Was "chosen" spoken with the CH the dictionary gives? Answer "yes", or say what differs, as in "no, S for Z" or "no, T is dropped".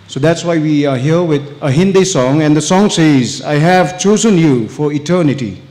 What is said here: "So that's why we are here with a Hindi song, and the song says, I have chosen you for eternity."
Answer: yes